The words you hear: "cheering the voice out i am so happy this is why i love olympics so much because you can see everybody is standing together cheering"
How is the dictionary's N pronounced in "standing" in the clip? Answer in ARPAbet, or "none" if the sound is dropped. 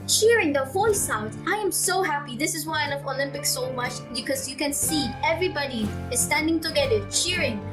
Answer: N